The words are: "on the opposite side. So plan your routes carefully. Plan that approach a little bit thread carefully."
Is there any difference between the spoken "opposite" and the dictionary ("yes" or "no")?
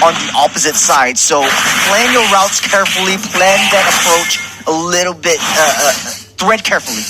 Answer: no